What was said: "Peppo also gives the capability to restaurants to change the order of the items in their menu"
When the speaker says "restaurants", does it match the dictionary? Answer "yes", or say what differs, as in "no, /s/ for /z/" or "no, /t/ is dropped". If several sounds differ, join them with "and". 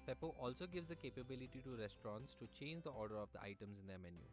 yes